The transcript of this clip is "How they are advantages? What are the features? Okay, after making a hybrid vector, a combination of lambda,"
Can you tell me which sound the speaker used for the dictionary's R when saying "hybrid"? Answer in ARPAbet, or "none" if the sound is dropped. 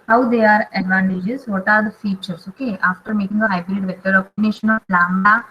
R